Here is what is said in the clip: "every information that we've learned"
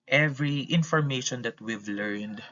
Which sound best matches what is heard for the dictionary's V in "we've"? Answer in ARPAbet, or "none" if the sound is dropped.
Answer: V